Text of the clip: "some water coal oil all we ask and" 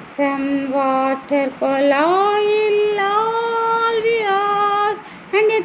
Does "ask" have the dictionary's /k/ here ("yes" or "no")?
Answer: no